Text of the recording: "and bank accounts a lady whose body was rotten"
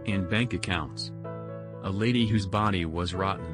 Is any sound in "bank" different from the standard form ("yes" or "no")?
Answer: no